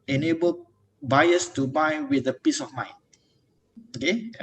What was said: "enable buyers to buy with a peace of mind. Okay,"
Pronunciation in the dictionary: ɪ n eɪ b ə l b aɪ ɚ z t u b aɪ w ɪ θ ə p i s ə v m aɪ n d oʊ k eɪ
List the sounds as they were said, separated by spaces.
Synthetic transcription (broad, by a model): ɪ n eɪ b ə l b aɪ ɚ s t u b aɪ w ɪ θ ə p i s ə f m aɪ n oʊ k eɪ